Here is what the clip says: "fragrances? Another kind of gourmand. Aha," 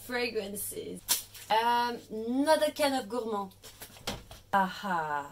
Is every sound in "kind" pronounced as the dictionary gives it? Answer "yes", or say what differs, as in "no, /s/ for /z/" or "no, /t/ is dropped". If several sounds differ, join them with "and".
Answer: no, /d/ is dropped